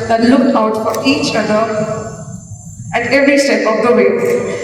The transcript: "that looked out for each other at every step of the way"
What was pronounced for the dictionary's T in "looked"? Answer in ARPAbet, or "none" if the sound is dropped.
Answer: none